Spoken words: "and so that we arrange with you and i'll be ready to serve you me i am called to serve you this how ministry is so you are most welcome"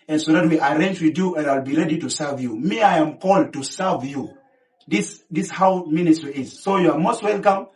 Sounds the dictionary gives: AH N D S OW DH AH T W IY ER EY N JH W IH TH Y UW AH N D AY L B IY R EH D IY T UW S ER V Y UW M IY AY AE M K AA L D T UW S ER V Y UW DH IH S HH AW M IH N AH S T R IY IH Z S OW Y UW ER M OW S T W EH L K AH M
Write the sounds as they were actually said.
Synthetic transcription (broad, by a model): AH N S OW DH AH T W IY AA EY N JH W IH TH Y UW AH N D AY L B IY R EH D IY T UW S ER V Y UW M IY AY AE M K AA L D T UW S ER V Y UW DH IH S HH AW M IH N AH S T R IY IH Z S OW Y UW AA M OW S T W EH L K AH M